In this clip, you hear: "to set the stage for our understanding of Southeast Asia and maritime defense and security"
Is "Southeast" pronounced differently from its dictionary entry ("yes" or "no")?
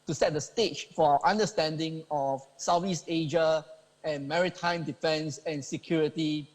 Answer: yes